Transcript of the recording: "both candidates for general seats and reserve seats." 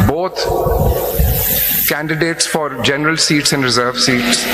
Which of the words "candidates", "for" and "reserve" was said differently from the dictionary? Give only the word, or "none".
none